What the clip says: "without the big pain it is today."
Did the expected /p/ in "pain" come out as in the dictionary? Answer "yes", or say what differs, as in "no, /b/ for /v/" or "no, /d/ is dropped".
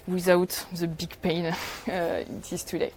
yes